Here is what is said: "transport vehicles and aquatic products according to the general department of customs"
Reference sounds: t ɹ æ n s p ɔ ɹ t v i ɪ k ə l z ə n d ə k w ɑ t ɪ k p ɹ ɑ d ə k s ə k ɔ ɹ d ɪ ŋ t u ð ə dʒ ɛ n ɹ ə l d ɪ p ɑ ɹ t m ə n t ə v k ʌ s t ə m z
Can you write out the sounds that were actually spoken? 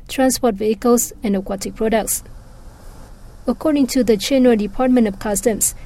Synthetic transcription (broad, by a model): t ɹ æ n s p ɔ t v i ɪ k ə l s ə n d ə k w ɑ t ɪ k p ɹ ɑ d ə k s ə k ɔ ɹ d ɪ ŋ t u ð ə tʃ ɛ n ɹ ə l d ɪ p ɑ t m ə n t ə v k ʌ s t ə m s